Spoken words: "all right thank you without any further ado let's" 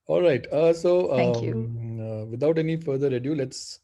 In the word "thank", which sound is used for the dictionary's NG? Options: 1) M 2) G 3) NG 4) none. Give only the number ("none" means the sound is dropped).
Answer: 4